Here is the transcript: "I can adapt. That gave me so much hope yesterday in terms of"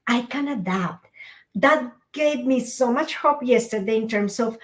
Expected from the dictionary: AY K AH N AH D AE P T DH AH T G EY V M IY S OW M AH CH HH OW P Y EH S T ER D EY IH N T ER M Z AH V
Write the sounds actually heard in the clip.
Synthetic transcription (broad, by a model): AY K AH N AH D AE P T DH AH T G EY V M IY S OW M AH CH HH OW P Y EH S T ER D EY IH N T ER M S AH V